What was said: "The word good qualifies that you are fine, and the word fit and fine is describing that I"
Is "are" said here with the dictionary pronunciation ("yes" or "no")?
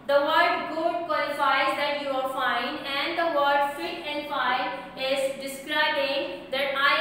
no